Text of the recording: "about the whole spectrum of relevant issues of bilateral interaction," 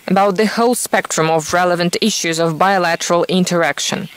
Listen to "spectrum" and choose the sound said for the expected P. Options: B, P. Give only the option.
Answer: P